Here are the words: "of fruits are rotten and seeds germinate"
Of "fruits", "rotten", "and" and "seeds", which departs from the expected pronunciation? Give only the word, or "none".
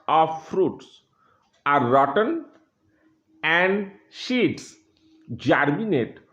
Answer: seeds